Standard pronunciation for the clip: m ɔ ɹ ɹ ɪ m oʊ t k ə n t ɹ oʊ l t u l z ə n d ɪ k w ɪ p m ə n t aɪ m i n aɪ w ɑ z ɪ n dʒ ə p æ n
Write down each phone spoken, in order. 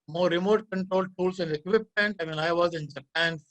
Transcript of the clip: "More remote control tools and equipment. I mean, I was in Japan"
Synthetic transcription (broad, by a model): m ɔ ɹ ɹ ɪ m oʊ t k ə n t ɹ oʊ l t u l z ə n d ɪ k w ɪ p ə n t aɪ m i n aɪ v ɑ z ɪ n dʒ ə p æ n